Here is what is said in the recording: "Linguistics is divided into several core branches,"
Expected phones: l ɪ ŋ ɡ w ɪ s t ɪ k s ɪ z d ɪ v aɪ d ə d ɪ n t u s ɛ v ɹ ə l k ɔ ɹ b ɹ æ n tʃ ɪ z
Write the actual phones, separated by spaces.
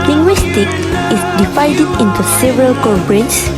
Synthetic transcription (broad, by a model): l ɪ ŋ ɡ w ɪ s t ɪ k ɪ s d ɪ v aɪ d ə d ɪ n t u s ɛ v ɹ ə l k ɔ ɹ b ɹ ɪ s